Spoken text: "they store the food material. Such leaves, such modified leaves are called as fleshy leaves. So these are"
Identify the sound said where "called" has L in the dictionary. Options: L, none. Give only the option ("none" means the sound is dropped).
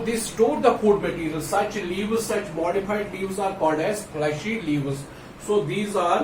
none